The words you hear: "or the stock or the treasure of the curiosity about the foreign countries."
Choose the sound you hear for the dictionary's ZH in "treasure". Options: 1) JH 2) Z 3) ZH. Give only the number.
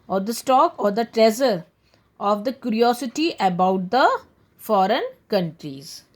2